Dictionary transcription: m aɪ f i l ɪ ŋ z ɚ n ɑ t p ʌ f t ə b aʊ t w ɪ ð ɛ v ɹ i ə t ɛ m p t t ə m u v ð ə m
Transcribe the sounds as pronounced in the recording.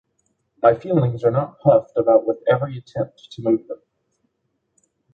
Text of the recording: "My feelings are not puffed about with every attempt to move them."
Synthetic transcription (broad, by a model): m aɪ f i l ɪ ŋ z ɚ n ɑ t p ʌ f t ə b aʊ t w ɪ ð ɛ v ɹ i ə t ɛ m p t t ə m u v ð ə m